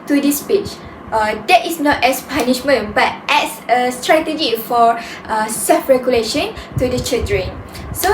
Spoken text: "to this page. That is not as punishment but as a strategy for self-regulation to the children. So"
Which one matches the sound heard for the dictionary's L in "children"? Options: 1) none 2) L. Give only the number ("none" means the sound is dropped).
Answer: 1